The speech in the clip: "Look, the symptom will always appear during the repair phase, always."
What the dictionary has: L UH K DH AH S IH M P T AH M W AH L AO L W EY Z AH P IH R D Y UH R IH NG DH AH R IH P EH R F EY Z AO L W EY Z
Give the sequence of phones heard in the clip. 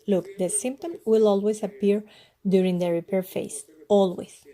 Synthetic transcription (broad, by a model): L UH K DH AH S IH M P T AH M W AH L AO L W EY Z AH P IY R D Y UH R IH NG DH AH R IH P EH R F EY S AO L W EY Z